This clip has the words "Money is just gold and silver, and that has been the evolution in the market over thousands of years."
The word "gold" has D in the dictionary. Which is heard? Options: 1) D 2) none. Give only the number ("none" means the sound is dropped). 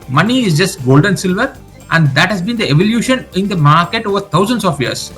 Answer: 1